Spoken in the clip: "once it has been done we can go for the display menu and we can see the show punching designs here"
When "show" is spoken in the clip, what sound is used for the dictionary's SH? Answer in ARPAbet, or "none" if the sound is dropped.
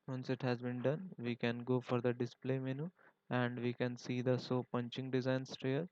S